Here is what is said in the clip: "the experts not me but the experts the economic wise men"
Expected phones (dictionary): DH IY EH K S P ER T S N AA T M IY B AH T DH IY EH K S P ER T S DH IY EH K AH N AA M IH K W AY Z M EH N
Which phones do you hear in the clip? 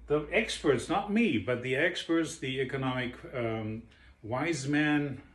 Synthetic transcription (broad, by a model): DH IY EH K S P ER T S N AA T M IY B AH T DH IY EH K S P ER T S DH IY EH K AH N AA M IH K W AY Z M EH N